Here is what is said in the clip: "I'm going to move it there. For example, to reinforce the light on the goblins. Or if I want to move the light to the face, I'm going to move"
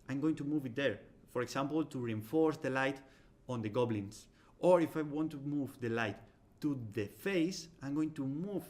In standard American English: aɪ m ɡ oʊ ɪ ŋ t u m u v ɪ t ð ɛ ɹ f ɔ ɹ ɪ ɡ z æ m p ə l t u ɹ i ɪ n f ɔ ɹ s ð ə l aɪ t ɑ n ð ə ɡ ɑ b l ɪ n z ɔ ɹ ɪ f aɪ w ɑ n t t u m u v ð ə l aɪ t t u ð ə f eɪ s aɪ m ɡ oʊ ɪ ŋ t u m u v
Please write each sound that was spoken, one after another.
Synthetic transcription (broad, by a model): aɪ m ɡ oʊ ɪ ŋ t u m u v ɪ t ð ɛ ɹ f ɔ ɹ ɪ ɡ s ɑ m p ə l t u ɹ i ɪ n f ɔ ɹ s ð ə l aɪ t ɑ n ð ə ɡ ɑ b l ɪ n s ɔ ɹ ɪ f aɪ w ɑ n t t u m u v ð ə l aɪ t t u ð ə f eɪ s aɪ m ɡ oʊ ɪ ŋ t u m u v